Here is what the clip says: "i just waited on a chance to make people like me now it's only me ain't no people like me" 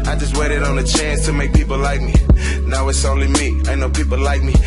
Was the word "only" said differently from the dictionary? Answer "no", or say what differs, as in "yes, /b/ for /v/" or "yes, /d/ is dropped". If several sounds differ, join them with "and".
no